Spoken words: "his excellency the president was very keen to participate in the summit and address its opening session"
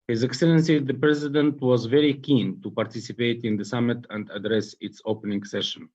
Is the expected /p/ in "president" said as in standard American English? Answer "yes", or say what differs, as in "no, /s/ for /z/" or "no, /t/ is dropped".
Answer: yes